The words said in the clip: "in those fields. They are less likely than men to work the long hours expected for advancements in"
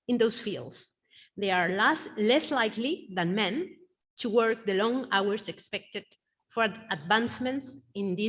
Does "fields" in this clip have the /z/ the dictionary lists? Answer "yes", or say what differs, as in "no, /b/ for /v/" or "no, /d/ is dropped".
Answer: no, /s/ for /z/